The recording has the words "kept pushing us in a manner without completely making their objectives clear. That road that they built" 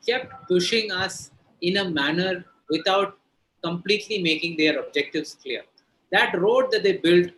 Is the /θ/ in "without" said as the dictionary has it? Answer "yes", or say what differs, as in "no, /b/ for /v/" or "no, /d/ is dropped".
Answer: no, /t/ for /θ/